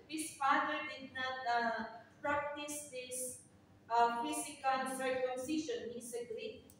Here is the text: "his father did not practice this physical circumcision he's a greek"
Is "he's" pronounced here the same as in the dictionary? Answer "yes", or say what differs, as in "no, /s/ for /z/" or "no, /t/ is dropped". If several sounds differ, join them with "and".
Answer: no, /s/ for /z/